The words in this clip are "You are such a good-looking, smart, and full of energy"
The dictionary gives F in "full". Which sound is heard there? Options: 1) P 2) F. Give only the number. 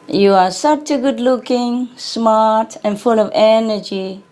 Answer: 2